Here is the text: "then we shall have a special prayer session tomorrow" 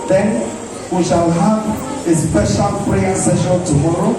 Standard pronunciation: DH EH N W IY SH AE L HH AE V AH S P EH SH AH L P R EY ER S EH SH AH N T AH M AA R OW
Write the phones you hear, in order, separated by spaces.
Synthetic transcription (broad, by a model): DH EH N W IY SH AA L HH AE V AH S P EH SH AH L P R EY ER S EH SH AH L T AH M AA R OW